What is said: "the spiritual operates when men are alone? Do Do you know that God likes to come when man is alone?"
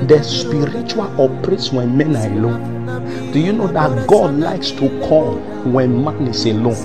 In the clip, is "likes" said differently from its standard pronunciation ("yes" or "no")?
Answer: no